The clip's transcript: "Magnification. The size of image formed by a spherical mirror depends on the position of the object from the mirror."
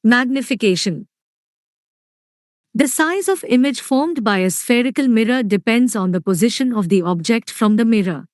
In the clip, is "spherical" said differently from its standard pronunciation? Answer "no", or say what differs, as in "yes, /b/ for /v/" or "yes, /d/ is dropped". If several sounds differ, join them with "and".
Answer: no